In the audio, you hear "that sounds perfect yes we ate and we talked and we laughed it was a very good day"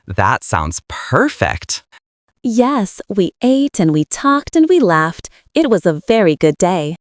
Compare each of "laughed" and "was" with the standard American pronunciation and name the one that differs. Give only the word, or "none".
none